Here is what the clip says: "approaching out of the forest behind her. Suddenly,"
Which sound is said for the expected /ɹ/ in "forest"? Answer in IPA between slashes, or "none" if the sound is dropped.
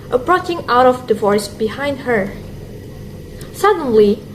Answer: none